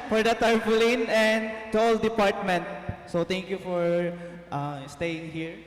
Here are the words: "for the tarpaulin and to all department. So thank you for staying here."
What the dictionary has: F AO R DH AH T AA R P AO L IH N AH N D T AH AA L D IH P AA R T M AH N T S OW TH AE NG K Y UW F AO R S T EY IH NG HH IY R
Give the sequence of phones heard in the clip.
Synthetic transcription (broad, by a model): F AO R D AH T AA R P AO L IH N AH N D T AA L D IH P AA R T M AH N T S OW T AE NG K Y UW F AO R S T EY IH NG HH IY R